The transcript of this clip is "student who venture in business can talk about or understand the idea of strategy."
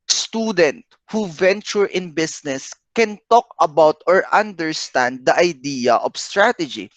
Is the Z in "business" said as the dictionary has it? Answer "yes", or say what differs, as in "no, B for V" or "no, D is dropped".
no, S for Z